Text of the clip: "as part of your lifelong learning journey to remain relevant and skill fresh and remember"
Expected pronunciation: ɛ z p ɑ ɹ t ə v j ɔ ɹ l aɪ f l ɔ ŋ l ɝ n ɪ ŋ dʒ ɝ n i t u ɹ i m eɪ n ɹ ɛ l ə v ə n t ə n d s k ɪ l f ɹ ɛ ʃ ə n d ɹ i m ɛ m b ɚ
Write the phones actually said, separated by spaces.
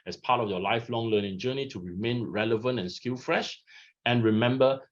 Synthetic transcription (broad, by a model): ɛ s p ɑ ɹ t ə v j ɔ l aɪ f l ɔ ŋ l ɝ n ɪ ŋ dʒ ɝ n i t u ɹ i m eɪ n ɹ ɛ l ə v ə n t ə n s k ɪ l f ɹ ɛ ʃ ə n ɹ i m ɛ m b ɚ